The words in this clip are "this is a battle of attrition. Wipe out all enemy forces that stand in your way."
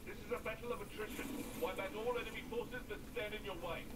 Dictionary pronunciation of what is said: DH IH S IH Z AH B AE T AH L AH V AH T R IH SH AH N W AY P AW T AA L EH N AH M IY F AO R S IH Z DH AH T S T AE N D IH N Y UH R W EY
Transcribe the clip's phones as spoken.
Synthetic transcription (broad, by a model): DH IH S IH Z AH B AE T L AH V AH T R IH SH AH N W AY B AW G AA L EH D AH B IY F AO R S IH Z DH AH T S T AE N D IH N Y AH R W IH